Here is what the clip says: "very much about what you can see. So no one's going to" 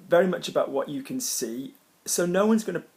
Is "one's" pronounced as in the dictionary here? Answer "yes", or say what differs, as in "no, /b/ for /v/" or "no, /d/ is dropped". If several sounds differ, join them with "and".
yes